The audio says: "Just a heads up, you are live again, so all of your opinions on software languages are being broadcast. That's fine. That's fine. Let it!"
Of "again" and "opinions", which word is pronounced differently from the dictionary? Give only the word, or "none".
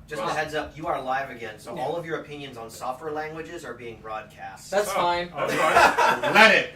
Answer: none